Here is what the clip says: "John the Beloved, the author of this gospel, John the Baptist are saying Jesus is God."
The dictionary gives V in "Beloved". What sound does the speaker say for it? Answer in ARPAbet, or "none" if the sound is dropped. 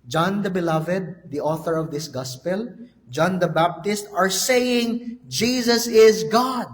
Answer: V